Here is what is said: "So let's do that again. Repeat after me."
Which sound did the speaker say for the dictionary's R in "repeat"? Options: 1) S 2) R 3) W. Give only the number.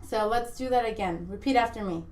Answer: 2